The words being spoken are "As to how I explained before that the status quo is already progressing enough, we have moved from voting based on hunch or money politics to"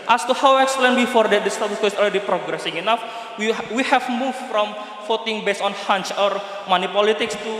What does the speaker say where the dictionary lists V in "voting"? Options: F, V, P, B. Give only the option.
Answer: F